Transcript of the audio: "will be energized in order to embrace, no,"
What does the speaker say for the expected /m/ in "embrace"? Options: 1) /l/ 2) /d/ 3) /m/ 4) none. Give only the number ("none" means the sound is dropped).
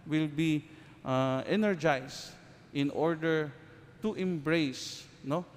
3